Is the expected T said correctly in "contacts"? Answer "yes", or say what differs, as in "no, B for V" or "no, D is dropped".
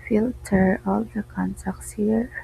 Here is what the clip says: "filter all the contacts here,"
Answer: no, S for T